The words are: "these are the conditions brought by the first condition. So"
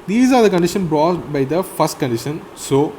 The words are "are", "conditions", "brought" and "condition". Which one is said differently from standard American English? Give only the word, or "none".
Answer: conditions